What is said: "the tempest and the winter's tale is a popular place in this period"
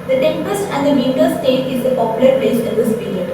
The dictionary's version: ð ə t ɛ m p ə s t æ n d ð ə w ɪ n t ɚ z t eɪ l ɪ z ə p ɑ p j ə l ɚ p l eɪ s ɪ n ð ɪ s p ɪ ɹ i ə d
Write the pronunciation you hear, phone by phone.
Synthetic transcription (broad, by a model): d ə t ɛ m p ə s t æ n d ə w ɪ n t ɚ s t eɪ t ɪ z ə p ɑ p j ə l ɚ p eɪ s ɪ n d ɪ s p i ɹ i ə d